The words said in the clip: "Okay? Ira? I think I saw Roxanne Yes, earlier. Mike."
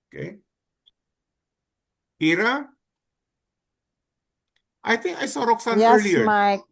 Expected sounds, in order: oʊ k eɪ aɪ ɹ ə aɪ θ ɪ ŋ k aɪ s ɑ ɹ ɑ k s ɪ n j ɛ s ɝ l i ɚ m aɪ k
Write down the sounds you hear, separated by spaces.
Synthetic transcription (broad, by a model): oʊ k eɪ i ɹ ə aɪ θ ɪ ŋ k aɪ s ɑ ɹ ɑ k s ɪ n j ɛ ɝ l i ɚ m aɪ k